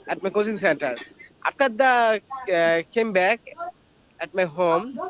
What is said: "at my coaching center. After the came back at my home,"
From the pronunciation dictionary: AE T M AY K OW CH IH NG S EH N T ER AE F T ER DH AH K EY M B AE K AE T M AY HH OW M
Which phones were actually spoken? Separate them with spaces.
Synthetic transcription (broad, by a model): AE T M AY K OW S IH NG S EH N T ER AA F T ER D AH K EY M B AE K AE T M AY HH OW M